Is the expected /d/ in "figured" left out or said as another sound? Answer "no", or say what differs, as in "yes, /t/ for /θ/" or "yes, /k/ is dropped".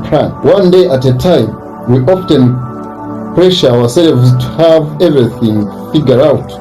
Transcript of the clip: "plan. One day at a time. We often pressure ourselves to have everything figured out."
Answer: yes, /d/ is dropped